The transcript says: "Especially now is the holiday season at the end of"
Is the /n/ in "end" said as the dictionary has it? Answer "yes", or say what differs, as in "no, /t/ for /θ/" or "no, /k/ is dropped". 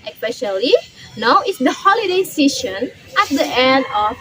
yes